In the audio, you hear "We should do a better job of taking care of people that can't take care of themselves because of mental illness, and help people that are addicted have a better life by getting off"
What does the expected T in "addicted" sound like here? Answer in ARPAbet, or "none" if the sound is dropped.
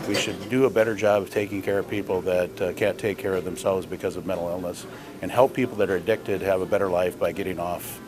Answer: T